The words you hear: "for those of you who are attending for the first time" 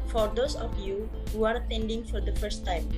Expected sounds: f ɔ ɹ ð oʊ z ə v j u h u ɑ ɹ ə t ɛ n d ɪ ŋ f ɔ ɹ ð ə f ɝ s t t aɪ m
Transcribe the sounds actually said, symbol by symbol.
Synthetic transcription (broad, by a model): f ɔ ɹ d oʊ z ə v j u h u ɑ ɹ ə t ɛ n d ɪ ŋ f ɔ ɹ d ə f ɝ s t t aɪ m